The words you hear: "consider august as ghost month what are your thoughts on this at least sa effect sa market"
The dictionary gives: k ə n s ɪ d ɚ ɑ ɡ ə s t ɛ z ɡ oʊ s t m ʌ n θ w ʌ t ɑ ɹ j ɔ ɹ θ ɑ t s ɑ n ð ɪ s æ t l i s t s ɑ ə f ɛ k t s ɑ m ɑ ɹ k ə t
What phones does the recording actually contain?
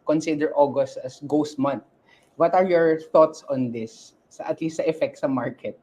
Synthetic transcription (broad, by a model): k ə n s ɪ d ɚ ɑ ɡ ə s t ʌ s ɡ oʊ s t m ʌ n t w ʌ t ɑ ɹ j ɔ ɹ θ ɑ t s ɑ n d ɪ s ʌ t l i s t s ə f ɛ k t s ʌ m ɑ ɹ k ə t